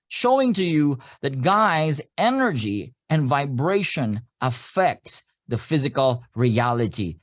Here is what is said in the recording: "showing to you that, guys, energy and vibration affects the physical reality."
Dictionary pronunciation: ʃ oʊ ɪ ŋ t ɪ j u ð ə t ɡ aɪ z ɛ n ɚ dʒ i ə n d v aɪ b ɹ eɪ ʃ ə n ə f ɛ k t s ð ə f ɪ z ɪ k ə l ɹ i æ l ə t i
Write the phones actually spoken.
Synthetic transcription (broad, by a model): ʃ oʊ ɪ ŋ t ɪ j u ð ə t ɡ aɪ z ɛ n ɚ dʒ i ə n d v aɪ b ɹ eɪ ʃ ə n ə f ɛ k t s ð ə f ɪ z ɪ k ə l ɹ i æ l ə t i